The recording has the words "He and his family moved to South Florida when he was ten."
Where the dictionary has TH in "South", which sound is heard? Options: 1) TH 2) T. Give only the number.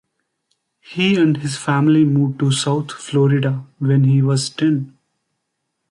2